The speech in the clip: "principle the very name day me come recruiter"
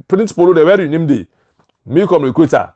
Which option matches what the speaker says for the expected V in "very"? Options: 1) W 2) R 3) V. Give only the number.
1